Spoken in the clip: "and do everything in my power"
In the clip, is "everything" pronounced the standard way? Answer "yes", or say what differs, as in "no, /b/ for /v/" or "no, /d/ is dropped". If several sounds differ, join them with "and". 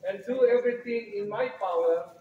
no, /t/ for /θ/